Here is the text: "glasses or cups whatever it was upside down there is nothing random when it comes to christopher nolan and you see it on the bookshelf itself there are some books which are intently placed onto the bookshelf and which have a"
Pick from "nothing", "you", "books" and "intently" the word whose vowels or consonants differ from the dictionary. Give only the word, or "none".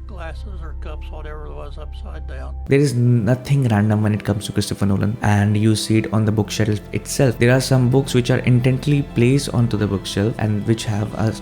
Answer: nothing